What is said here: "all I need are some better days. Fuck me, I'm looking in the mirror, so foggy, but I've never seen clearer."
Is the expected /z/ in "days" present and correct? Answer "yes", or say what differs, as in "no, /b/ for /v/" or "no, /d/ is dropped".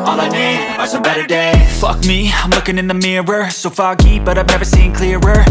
no, /z/ is dropped